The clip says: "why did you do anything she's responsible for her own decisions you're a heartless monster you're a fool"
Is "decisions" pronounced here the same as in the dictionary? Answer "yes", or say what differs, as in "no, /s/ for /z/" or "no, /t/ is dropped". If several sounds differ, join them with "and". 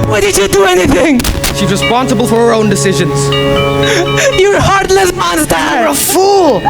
yes